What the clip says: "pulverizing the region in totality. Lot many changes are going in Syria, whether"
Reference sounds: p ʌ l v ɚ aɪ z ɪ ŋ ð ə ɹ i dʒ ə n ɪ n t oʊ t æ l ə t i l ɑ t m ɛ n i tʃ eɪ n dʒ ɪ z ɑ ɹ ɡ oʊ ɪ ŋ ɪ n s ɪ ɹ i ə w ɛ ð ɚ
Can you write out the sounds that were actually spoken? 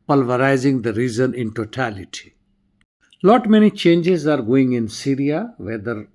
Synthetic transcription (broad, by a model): p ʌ l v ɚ aɪ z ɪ ŋ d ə ɹ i z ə n ɪ n t oʊ t æ l ə t i l ɑ t m ɛ n i tʃ eɪ n dʒ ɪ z ɑ ɹ ɡ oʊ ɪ ŋ ɪ n s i ɹ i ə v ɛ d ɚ